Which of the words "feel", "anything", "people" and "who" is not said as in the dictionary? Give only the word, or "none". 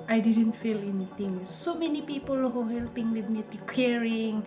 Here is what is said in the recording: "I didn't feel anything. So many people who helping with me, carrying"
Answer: anything